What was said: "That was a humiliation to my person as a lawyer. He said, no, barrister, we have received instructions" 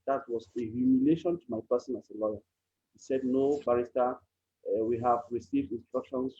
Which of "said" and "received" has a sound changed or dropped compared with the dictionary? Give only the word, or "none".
none